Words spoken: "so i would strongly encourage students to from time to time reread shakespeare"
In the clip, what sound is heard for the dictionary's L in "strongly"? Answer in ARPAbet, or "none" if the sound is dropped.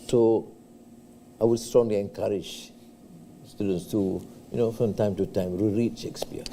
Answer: L